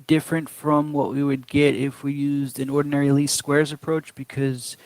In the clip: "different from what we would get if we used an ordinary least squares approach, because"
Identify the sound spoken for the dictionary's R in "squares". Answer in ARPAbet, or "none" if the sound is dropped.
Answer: R